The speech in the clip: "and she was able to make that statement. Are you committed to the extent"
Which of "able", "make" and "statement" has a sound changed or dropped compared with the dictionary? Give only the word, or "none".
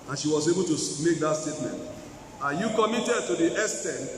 none